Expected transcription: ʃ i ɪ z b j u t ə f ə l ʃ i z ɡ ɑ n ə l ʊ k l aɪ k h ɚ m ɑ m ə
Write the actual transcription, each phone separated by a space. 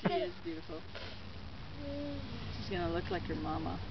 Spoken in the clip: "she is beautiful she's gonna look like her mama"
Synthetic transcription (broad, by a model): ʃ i ɪ z b j u t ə f l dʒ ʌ s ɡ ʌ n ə l ʊ k l aɪ k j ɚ m ɑ m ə